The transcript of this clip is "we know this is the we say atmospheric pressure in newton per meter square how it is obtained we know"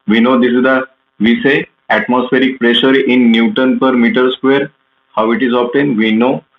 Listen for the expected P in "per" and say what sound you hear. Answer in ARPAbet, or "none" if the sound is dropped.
P